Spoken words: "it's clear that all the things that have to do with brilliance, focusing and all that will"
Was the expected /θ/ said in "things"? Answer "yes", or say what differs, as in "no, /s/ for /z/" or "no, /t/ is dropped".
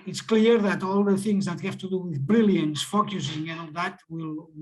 yes